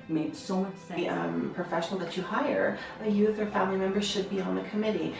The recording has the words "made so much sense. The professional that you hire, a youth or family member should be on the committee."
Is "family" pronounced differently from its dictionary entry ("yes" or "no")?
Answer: no